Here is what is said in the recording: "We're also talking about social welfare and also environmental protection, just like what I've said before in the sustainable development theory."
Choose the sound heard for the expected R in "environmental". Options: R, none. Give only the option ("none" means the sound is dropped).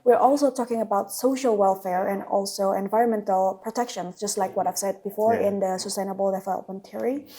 R